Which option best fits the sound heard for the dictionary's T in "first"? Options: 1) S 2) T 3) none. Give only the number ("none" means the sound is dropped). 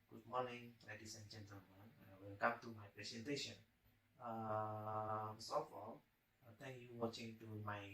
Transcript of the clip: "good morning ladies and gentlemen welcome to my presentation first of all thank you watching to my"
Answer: 3